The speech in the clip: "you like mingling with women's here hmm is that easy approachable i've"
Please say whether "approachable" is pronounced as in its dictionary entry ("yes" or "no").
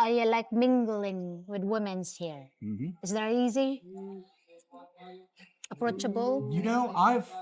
no